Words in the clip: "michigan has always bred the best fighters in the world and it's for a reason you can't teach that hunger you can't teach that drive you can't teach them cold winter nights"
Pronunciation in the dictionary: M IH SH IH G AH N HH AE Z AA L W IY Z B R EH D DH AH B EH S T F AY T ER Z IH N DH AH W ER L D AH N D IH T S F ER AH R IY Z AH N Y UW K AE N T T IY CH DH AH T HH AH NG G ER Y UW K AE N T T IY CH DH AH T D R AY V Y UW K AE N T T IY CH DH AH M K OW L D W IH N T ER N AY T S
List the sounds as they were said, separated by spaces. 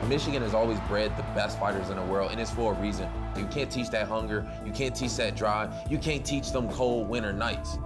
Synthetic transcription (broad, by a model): M IH SH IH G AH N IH Z AA L W IY Z B R EH D DH AH B EH S T F AY T ER Z IH N DH AH W ER L D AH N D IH T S F ER R IY Z AH N Y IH K AE N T T IY CH DH AH T HH AH NG G ER Y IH K AE N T T IY CH DH AH T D R AY Y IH K AE N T T IY CH DH AH M K OW L D W IH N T ER N AY T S